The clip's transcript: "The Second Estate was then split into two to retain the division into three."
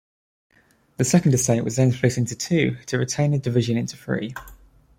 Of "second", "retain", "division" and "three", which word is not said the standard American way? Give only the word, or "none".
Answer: three